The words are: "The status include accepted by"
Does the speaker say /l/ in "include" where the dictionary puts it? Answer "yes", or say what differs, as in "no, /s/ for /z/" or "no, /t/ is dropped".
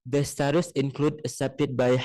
yes